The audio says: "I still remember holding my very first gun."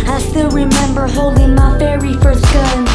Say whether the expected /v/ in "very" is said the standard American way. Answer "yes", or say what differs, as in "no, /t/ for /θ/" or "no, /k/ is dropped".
no, /f/ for /v/